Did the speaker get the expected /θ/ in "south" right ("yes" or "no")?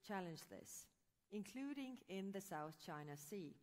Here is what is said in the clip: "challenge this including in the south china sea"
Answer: yes